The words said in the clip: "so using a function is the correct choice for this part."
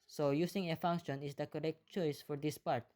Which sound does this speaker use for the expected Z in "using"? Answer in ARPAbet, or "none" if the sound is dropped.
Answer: S